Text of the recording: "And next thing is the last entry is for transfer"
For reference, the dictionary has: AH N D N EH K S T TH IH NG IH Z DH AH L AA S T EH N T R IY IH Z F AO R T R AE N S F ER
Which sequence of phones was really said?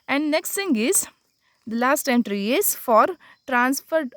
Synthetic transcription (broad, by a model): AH N D N EH K S T S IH NG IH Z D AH L AA S T EH N T R IY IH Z F AO R T R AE N S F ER